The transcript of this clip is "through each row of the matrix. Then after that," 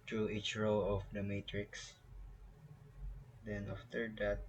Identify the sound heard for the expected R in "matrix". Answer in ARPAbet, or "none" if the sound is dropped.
R